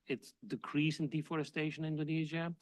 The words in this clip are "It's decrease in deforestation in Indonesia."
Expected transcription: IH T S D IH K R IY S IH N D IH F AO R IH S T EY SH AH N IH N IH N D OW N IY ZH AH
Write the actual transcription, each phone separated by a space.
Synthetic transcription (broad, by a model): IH T S D IH K R IY S IH N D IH F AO R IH S T EY AH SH IH N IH N D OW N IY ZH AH